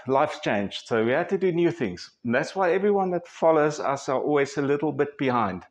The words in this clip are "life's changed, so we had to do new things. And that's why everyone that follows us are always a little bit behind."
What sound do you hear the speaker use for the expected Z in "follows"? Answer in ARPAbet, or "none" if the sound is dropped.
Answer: Z